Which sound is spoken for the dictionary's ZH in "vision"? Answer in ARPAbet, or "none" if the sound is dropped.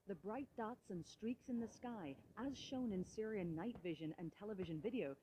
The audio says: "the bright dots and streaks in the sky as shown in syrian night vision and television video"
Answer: ZH